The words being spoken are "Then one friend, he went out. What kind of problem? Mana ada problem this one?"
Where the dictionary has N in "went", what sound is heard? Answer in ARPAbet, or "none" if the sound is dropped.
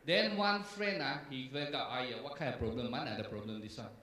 none